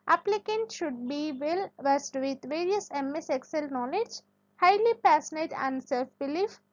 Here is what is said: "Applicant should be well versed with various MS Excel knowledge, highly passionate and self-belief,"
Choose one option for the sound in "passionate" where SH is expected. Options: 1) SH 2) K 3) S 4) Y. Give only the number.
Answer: 3